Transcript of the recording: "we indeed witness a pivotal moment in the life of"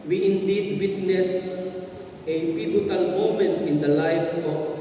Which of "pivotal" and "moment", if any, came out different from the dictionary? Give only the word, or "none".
pivotal